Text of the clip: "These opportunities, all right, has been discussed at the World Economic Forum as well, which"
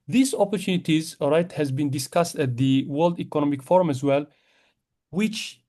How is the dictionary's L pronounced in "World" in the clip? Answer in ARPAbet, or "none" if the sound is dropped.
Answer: L